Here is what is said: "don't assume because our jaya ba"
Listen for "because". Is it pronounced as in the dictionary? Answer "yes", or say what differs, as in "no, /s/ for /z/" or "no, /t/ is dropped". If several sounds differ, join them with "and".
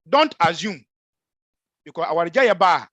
no, /s/ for /z/